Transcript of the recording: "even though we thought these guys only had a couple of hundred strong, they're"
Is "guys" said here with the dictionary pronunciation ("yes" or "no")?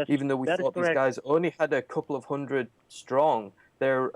yes